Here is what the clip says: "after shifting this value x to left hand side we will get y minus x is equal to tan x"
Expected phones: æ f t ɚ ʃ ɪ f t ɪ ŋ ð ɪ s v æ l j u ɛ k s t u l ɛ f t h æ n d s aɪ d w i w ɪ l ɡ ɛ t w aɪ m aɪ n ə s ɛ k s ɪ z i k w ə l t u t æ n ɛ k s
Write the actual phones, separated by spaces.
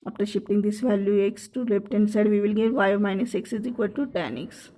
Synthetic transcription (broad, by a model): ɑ f t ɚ ʃ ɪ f t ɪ ŋ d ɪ s v æ l j u ɛ k s t u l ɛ p t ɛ n d s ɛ d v i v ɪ l ɡ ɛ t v aɪ m aɪ n ə s ɛ k s ɪ z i k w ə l t u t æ n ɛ k s